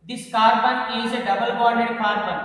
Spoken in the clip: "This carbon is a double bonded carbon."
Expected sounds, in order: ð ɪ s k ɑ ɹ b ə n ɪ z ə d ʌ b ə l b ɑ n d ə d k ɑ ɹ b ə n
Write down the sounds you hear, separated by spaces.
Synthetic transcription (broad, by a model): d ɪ s k ɑ ɹ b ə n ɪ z ə d ʌ b ə l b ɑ d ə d k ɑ ɹ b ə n